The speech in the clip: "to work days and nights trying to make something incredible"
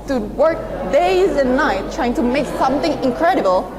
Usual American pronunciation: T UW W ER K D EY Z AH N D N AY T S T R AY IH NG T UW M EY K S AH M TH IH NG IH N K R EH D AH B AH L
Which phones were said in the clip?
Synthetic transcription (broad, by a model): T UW W ER K D EY Z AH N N AY T T R AY IH NG T UW M EY K S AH M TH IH NG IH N K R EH D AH B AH L